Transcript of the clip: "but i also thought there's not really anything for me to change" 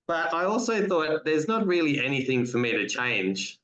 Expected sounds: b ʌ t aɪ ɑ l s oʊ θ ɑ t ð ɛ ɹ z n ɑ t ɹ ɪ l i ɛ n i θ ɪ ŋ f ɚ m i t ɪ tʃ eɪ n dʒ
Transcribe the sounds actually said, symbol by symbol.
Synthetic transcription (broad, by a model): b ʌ t aɪ ɑ l s oʊ θ ɑ t ð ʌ ɹ z n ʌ t ɹ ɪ l i ɛ n i θ ɪ ŋ f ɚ m i t ɪ tʃ eɪ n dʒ